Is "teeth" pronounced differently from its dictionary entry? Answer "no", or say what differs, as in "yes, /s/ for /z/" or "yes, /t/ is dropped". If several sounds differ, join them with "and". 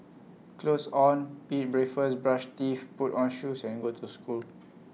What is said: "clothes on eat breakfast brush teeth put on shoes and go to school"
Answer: yes, /f/ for /θ/